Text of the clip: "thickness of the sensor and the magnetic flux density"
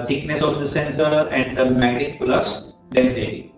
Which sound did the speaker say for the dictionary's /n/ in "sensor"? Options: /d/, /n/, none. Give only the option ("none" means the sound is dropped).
/n/